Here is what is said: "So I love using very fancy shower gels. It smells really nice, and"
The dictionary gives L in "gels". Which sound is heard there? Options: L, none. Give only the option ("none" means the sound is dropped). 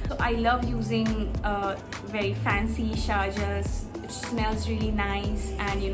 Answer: none